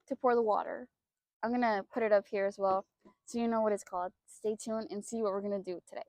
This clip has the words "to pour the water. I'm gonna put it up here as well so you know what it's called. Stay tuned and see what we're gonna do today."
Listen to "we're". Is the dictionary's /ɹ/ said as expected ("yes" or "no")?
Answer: yes